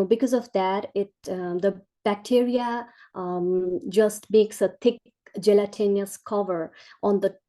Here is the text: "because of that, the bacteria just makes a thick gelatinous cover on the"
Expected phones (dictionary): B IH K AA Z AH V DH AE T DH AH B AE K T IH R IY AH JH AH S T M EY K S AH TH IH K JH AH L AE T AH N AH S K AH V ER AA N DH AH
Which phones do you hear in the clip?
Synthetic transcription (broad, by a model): B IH K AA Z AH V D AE T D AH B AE K T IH R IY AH JH AH S T M EY K S AH T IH K JH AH L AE T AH N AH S K AH V ER AA N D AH